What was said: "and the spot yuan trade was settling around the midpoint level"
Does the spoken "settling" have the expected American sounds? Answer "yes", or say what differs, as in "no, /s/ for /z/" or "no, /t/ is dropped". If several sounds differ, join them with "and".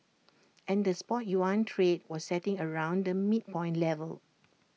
no, /l/ is dropped